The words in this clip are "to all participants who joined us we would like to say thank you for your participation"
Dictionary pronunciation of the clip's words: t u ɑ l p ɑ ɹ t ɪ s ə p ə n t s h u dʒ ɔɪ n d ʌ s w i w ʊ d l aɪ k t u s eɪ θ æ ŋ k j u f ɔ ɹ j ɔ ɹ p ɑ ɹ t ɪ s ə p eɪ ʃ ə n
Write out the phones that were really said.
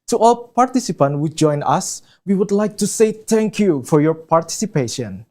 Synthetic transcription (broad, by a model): t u ɑ l p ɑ ɹ t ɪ s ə p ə n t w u dʒ ɔɪ n ʌ s w i w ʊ d l aɪ k t u s eɪ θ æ ŋ k j u f ɔ ɹ j ɔ ɹ p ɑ ɹ t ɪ s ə p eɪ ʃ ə n